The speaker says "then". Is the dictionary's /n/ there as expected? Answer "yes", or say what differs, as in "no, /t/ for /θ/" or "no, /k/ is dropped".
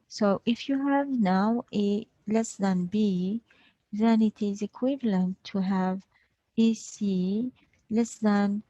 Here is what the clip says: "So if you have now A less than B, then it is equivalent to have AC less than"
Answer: yes